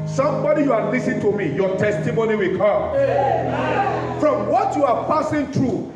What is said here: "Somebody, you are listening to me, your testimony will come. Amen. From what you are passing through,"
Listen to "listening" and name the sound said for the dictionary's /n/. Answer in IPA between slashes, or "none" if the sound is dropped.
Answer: none